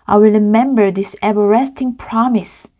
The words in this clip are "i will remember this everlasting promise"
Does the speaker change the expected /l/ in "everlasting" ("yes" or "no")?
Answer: yes